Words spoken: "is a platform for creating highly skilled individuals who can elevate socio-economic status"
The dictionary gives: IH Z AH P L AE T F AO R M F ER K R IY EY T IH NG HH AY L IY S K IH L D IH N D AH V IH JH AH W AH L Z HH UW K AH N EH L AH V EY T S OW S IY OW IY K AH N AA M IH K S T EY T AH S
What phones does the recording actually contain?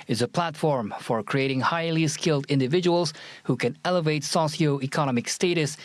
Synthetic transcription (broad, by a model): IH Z AH P L AE T F AO R M F ER K R IY EY T IH NG HH AY L IY S K IH L D IH N D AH V IH JH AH W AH L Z HH UW K AH N EH L AH V EY T S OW S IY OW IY K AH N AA M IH K S T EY T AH S